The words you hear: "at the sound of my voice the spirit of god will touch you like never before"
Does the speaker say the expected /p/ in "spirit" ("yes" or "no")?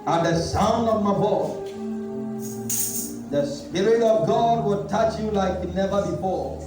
yes